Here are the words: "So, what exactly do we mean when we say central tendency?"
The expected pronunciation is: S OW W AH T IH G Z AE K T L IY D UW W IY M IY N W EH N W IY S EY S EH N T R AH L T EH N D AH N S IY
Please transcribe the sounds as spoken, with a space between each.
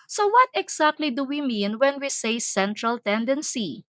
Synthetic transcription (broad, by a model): S OW W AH T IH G S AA K T L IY D UW W IY M IY N W EH N W IY S EY S EH N T R AH L T EH N D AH N S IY